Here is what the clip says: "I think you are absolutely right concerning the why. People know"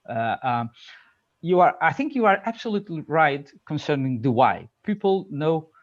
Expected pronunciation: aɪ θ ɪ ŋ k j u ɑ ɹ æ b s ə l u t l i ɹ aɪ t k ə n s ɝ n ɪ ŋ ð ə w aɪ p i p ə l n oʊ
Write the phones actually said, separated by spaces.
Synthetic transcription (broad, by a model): aɪ θ ɪ ŋ k j u ɑ ɹ æ b s ə l u t l i ɹ aɪ t k ə n s ɝ n ɪ ŋ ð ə w aɪ p i p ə l n oʊ